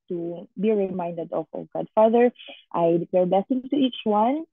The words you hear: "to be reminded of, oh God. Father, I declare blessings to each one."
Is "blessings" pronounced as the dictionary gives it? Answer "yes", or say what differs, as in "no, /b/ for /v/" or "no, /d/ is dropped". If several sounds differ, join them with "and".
no, /z/ is dropped